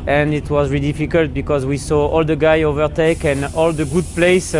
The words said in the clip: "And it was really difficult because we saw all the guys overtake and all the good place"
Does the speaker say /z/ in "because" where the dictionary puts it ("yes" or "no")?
yes